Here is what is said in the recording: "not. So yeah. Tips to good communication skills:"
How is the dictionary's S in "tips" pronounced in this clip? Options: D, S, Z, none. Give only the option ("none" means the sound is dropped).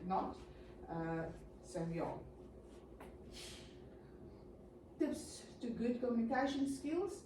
S